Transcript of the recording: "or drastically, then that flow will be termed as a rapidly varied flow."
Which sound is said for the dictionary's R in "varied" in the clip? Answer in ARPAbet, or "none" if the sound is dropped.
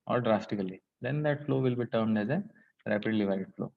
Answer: none